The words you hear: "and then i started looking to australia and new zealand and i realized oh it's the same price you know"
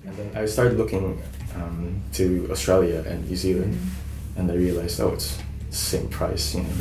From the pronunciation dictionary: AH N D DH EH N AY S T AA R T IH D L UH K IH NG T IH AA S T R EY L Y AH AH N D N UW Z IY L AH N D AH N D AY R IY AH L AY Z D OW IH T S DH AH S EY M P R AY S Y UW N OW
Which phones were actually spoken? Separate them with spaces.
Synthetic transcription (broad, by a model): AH N DH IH N AY S T AA R T IH D L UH K IH NG T IH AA S T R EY L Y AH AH N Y UW Z IY L AH N D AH N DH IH R IY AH L AY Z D OW IH T S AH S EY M P R AY S Y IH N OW